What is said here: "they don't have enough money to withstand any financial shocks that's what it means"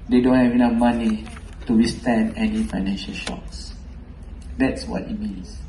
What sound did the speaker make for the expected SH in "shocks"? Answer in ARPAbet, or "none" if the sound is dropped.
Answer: SH